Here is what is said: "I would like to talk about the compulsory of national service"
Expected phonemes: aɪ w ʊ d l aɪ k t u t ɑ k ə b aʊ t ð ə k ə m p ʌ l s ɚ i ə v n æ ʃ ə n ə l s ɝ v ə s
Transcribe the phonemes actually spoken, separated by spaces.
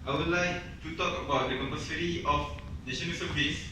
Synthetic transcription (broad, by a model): aɪ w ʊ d l aɪ k t u t ɑ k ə b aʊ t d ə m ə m ʌ s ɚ i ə f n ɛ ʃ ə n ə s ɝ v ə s